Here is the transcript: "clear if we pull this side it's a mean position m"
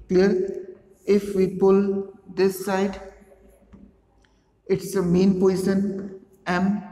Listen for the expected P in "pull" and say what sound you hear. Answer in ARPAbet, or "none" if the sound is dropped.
P